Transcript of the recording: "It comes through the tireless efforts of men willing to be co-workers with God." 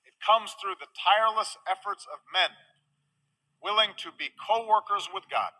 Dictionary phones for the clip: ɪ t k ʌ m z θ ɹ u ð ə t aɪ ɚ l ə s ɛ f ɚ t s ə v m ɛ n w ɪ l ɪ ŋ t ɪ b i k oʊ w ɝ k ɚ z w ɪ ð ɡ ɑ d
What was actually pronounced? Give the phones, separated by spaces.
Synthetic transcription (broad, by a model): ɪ t k ʌ m z θ ɹ u ð ə t aɪ ɚ l ə s ɛ f ɚ t s ə v m ɛ n w ɪ l ɪ ŋ t ɪ b i k oʊ w ɝ k ɚ z w ɪ ð ɡ ɑ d